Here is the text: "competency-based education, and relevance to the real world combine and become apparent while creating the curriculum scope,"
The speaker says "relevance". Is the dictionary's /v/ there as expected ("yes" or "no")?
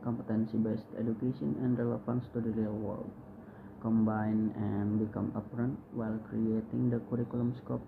no